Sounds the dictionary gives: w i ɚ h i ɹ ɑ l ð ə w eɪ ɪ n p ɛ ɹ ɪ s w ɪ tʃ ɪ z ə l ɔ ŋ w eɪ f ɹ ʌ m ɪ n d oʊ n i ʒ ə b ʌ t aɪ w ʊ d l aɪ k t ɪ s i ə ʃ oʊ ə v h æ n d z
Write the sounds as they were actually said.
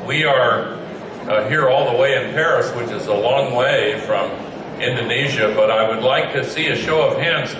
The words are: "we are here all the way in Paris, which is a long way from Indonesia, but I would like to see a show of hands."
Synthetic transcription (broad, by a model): w i ɚ h i ɹ ɑ l ð ə w eɪ ɪ n p ɛ ɹ ɪ s w ɪ tʃ ɪ z ə l ɔ ŋ w eɪ f ɹ ʌ m ɪ n d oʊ n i ʒ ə b ʌ t aɪ w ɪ d l aɪ k t ɪ s i ə ʃ oʊ ə v h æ n d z